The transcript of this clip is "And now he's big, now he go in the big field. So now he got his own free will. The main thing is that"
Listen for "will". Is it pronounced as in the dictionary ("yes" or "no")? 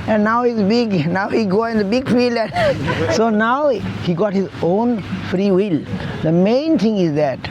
yes